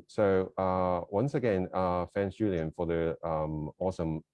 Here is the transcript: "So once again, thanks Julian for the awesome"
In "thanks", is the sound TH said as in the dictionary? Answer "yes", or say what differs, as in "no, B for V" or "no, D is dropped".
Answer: no, F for TH